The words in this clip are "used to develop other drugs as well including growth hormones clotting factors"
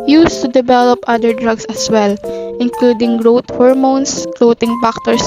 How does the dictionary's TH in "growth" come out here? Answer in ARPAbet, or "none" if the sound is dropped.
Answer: T